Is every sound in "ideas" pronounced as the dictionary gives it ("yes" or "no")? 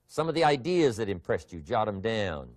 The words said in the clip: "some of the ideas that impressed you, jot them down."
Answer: yes